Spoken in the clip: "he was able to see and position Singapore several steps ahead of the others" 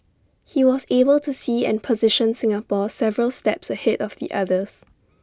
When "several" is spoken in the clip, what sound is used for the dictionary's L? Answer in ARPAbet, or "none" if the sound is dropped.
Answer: L